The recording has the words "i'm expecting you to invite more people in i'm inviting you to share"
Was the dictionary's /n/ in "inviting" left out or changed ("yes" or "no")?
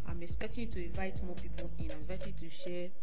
yes